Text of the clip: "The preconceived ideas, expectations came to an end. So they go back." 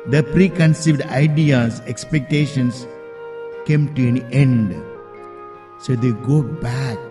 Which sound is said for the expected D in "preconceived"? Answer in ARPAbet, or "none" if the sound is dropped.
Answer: D